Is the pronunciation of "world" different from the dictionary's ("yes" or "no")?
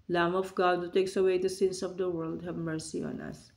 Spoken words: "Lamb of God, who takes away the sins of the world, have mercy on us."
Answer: no